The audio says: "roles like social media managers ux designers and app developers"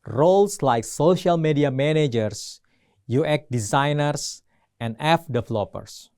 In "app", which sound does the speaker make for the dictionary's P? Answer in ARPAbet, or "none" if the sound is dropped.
F